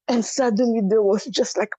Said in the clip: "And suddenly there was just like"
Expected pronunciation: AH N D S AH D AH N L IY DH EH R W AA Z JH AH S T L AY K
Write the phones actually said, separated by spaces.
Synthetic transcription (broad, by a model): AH N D S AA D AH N IY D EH W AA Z JH AH S T L AY K